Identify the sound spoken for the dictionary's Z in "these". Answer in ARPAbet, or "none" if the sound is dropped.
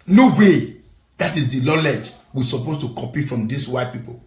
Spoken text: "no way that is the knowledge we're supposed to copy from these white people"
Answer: S